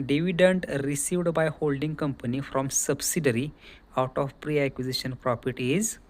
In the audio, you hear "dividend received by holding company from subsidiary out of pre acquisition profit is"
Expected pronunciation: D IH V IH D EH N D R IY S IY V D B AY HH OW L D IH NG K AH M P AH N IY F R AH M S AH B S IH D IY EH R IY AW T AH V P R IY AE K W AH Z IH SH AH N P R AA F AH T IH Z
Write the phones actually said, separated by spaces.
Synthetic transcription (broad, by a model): D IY V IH D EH N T R IY S IY V D B AY HH OW L D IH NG K AH M P AH N IY F R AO M S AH B S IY D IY R IY AW T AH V P R IY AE K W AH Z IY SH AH N P R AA P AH T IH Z